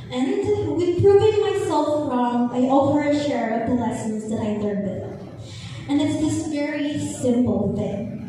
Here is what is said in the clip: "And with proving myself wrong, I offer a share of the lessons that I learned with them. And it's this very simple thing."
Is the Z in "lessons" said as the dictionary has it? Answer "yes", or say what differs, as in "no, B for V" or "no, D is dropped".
yes